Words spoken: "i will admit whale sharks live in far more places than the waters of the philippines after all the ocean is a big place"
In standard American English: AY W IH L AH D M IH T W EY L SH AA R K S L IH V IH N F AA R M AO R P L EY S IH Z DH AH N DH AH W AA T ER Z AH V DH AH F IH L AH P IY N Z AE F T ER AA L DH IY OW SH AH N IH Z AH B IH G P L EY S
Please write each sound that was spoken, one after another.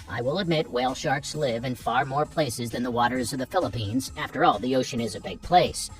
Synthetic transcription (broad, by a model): AY W IH L AH D M IH T W EY L SH AA R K S L IH V IH N F AA R M AO R P L EY S IH Z DH AH N DH AH W AA T ER Z AH V DH AH F IH L AH P IY N Z AE F T ER AA L DH IY OW SH AH N IH Z AH B IH G P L EY S